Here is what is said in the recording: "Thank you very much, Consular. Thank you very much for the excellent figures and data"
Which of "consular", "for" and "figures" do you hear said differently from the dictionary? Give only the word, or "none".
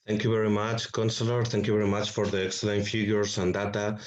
figures